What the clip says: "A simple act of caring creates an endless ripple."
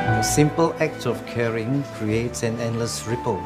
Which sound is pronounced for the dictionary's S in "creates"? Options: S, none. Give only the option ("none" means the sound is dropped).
S